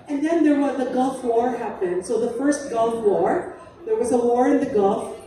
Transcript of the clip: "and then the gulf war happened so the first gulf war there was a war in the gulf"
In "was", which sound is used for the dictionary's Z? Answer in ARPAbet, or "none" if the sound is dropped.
Z